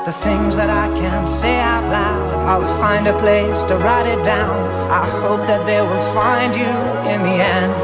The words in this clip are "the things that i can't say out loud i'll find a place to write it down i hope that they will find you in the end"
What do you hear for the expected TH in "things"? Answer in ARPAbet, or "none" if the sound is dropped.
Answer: TH